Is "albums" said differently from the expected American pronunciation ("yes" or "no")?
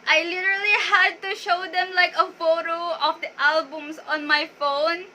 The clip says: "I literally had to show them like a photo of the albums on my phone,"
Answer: yes